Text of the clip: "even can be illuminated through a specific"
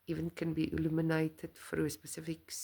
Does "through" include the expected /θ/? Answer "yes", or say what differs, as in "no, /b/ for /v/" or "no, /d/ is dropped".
no, /f/ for /θ/